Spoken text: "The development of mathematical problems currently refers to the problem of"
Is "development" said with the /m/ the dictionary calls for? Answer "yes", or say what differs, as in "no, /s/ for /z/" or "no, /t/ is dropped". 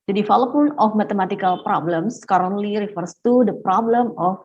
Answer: no, /m/ is dropped